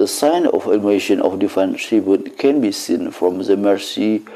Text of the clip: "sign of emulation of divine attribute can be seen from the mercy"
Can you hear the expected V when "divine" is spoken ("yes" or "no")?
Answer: no